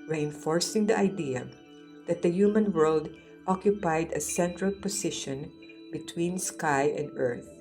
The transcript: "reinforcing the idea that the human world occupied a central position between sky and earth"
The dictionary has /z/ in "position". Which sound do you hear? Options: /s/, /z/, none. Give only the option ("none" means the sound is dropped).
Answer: /s/